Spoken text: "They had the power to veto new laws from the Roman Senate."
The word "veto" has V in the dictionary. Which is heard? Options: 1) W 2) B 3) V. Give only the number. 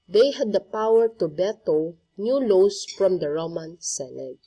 2